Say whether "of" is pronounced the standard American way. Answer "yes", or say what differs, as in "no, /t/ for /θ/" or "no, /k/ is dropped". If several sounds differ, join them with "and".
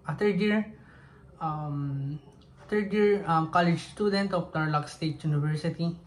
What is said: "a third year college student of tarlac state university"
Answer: no, /p/ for /v/